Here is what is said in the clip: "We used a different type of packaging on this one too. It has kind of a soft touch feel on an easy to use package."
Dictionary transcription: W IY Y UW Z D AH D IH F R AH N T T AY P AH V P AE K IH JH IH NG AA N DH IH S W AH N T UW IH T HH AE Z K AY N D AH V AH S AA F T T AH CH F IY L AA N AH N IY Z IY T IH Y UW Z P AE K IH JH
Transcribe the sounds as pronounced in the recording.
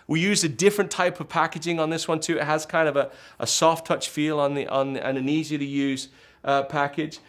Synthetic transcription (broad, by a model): W IY Y UW Z AH D IH F R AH N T T AY P AH V P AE K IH JH IH NG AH N DH IH S W AH N T UW IH T HH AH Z K AY N D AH V AH S AA F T T AH CH F IY L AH N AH N IY Z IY T IH Y UW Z P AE K IH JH